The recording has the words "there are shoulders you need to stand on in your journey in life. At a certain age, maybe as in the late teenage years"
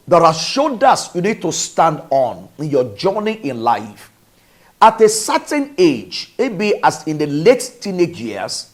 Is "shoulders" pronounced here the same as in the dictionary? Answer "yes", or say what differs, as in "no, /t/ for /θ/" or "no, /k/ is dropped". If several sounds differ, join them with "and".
no, /l/ is dropped and /s/ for /z/